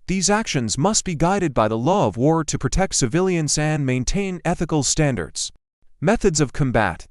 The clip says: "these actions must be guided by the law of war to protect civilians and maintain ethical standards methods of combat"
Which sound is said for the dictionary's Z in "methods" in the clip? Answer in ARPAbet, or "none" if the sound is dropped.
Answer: Z